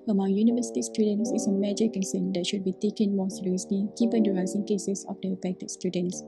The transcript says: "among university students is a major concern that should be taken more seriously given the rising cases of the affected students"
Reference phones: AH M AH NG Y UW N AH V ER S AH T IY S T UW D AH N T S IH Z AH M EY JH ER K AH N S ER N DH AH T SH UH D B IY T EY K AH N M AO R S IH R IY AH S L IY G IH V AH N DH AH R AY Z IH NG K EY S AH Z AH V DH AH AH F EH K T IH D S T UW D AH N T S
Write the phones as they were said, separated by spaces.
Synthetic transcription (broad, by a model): AH M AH NG Y UW N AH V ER S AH T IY S T UW D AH N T S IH S AH M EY JH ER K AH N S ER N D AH T SH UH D B IY T EY K AH N M AO S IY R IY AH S L IY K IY P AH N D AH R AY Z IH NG K EY S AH S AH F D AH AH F EH K T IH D S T UW D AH N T S